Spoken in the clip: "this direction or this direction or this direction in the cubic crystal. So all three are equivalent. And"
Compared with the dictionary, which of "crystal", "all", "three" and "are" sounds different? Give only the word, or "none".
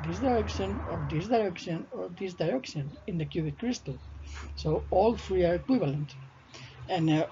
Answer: three